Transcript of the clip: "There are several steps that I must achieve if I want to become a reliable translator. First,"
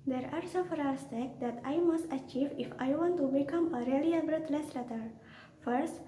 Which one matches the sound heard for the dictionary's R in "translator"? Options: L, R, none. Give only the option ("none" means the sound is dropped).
L